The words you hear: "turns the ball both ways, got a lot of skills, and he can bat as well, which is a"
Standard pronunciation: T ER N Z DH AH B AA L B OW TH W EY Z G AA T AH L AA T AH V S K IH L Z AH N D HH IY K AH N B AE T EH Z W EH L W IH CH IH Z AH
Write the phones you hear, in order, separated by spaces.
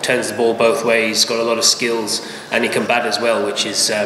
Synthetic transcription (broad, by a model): T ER N Z DH AH B AA L B OW TH W EY Z G AA T AH L AA T AH V S K IH L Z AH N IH K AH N B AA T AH Z W EH L W IH CH IH Z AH